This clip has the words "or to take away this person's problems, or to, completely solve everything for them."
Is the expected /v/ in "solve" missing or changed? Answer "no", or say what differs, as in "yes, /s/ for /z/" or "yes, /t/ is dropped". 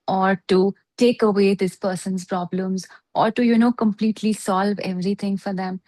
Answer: no